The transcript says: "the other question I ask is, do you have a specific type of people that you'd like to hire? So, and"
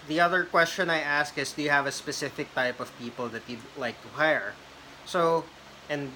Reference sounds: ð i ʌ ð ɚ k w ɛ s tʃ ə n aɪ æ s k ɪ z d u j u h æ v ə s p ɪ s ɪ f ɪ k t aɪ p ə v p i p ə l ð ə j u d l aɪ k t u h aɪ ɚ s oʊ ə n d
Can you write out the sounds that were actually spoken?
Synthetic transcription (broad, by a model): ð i ʌ ð ɚ k w ɛ s tʃ ə n aɪ æ s k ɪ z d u j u h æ v ə s p ɪ s ɪ f ɪ k t aɪ p ə v p i p ə l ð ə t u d l aɪ k t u h aɪ ɚ s oʊ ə n